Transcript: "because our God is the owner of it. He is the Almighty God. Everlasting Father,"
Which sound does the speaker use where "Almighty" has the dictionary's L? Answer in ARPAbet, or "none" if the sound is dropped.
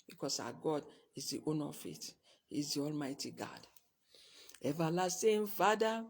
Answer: L